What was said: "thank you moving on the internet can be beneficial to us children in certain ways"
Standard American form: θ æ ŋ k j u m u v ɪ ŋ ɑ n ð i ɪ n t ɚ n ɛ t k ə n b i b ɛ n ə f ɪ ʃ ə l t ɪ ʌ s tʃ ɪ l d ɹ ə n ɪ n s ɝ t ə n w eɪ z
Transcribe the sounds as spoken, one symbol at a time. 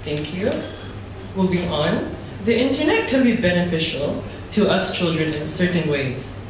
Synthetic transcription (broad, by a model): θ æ ŋ k j u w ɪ b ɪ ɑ n ð i ɪ n t ɚ n ɛ t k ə l b i b ɛ n ə f ɪ ʃ ə l t ɪ ʌ s tʃ ɪ l d ɹ ə n ɪ n s ɝ t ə n w eɪ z